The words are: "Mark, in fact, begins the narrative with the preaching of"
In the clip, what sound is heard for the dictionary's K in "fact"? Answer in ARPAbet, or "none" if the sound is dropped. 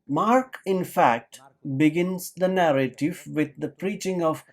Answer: K